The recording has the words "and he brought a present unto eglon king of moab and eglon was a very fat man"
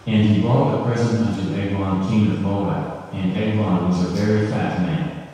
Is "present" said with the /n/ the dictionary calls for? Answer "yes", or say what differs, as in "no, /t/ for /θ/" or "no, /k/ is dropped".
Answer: no, /n/ is dropped